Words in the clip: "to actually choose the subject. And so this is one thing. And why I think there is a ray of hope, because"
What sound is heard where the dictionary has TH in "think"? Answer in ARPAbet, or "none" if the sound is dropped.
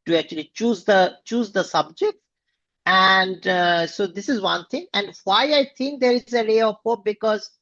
T